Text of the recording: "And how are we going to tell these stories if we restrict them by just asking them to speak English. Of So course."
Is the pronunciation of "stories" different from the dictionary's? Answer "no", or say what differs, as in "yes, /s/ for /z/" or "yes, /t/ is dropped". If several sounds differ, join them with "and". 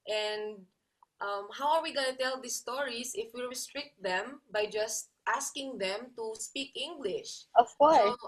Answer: yes, /s/ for /z/